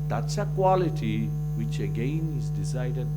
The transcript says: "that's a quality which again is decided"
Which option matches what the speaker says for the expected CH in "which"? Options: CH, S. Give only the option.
CH